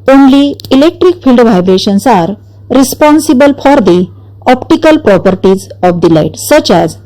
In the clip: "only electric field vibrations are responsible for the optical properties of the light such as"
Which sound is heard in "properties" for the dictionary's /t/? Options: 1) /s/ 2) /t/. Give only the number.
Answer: 2